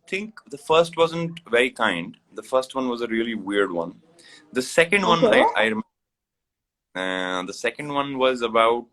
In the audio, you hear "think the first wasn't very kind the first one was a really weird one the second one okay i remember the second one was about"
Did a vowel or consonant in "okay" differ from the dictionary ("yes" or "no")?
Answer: yes